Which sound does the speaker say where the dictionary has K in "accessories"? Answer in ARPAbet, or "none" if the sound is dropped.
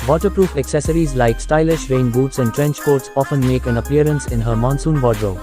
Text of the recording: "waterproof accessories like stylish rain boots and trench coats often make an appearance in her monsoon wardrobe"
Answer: K